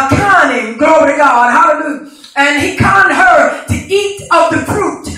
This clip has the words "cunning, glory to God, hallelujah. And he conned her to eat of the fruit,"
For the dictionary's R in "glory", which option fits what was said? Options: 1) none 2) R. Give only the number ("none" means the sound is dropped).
1